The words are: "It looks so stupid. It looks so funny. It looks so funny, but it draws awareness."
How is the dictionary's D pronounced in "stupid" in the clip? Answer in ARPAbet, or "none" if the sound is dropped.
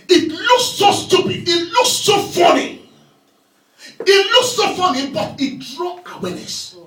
none